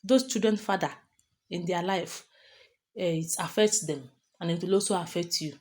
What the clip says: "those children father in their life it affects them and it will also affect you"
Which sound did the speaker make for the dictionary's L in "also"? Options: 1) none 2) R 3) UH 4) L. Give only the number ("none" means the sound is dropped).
1